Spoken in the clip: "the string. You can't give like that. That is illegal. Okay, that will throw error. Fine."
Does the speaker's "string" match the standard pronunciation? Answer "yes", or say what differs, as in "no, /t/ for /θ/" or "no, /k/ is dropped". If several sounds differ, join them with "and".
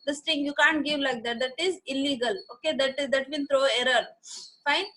no, /ɹ/ is dropped